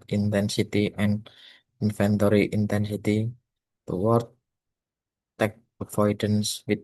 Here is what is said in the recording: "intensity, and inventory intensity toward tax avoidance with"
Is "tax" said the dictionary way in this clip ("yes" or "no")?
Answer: no